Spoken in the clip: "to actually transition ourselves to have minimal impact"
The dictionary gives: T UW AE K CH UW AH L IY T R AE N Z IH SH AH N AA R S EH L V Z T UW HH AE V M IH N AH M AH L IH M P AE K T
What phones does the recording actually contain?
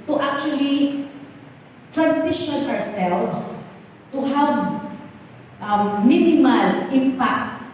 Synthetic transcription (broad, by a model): T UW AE K CH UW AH L IY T R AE N S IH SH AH N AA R S EH L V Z T UW HH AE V M IH N AH M AH L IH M P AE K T